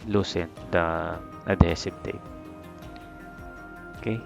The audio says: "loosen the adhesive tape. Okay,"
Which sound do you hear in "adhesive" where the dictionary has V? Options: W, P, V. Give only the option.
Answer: P